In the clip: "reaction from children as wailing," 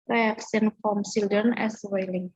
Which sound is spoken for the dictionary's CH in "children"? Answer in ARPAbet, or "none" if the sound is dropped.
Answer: S